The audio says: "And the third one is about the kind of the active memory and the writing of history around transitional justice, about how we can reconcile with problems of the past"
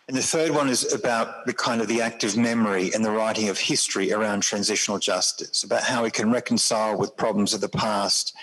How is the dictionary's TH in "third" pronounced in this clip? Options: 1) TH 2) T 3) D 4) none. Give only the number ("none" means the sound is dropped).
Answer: 1